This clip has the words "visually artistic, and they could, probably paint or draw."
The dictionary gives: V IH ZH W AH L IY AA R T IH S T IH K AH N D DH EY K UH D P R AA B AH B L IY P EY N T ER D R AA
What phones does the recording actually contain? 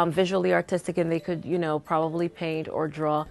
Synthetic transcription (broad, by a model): V IH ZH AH L IY AA R T IH S T IH K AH N DH EY K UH D P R AA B AH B L IY P EY N T ER D R AA